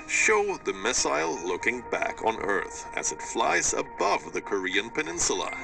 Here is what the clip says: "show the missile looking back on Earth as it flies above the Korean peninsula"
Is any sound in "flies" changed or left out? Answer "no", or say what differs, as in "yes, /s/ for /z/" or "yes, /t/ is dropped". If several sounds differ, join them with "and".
no